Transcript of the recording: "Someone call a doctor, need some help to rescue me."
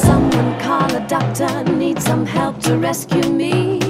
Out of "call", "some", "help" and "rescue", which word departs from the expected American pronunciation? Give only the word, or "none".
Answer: call